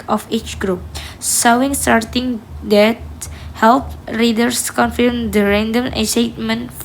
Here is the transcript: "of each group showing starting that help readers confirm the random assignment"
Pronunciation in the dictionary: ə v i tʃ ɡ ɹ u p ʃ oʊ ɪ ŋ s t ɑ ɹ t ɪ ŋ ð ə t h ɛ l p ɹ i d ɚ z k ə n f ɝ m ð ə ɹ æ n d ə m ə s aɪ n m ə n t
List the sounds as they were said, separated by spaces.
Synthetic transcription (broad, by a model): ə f i tʃ ɡ ɹ u p s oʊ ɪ ŋ s t ɑ ɹ t ɪ ŋ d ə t h ɛ l p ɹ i d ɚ s k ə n f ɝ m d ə ɹ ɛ n d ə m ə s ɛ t m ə n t